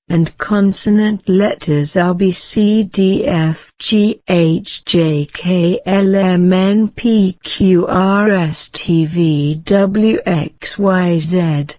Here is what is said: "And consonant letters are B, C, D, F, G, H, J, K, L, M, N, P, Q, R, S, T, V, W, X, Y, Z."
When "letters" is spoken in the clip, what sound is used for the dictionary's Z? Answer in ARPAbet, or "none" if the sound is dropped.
Z